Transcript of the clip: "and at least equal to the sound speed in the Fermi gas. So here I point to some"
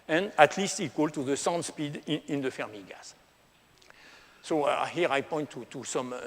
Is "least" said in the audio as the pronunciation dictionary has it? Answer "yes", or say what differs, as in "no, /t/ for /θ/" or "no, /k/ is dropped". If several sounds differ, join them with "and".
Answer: yes